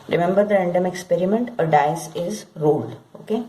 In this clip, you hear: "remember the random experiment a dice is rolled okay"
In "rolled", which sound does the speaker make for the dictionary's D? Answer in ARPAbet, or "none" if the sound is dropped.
none